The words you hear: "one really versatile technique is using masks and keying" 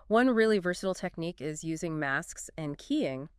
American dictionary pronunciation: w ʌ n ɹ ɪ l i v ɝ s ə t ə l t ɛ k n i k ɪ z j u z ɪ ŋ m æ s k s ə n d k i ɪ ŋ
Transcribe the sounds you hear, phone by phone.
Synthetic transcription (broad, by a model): w ʌ n ɹ ɪ l i v ɝ s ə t l t ɛ k n i k ɪ z j u z ɪ ŋ m æ s k s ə n k i ɪ ŋ